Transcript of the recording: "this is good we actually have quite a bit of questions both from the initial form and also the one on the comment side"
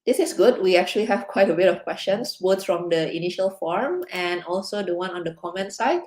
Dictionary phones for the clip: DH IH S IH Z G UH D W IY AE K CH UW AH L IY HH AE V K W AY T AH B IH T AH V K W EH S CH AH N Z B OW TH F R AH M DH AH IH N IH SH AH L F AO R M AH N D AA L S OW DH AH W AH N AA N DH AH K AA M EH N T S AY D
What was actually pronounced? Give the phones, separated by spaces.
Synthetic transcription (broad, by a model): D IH S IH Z G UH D W IY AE K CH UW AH L IY HH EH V K W AY T AH B IH T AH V K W EH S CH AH N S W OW S F R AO M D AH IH N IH SH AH L F AO R M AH N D AA L S OW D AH W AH N AA N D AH K AA M EH N T S AY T